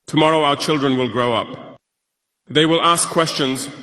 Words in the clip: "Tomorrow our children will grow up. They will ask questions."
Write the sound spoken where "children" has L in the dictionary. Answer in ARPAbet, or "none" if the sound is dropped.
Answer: L